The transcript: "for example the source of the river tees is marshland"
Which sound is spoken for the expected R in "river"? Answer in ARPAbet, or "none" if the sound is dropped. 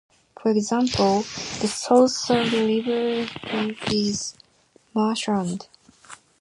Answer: L